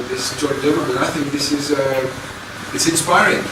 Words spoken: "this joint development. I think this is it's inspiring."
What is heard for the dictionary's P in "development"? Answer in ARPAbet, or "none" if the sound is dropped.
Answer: none